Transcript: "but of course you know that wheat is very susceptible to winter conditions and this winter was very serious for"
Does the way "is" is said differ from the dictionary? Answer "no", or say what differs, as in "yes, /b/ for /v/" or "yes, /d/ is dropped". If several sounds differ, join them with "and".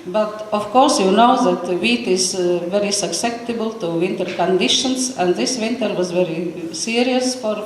no